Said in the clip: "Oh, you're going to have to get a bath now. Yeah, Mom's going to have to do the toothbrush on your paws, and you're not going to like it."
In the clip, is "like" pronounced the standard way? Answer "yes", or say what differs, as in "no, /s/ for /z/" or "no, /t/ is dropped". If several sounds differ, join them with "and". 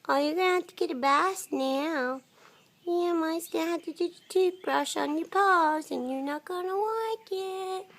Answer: no, /w/ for /l/